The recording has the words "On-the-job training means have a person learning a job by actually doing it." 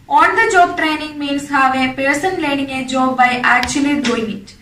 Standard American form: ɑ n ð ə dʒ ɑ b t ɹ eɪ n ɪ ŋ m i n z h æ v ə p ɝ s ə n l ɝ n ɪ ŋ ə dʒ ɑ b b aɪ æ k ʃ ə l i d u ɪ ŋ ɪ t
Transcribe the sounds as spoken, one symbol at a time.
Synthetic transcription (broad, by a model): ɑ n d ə dʒ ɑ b t ɹ eɪ n ɪ ŋ m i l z h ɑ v ə p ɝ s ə n l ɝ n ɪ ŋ ə dʒ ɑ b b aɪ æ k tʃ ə l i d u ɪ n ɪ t